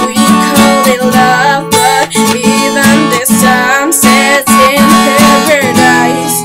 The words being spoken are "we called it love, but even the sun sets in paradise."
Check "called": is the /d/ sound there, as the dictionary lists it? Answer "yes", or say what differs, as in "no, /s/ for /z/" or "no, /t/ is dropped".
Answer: no, /d/ is dropped